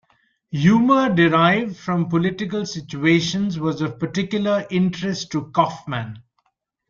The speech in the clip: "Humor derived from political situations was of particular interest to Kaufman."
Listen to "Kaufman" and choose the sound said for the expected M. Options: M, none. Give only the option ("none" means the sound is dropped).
M